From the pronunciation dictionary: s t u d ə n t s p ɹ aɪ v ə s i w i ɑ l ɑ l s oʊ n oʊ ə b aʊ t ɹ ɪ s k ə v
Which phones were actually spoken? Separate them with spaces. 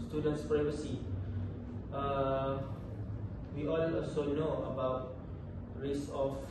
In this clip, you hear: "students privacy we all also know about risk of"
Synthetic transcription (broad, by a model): s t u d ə n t s p ɹ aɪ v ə s i w i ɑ n ɑ l s oʊ n oʊ ə b aʊ t ɹ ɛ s ə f